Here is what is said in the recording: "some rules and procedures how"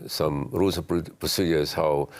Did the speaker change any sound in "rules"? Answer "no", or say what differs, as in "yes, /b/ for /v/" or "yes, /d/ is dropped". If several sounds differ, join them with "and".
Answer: yes, /l/ is dropped